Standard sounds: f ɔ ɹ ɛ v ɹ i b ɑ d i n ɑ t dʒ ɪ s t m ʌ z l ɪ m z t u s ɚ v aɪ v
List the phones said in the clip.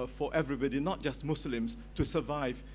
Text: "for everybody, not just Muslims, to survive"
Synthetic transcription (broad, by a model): f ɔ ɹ ɛ v ɹ i b ɑ d i n ɑ t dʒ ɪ s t m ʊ s l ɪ m s t u s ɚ v aɪ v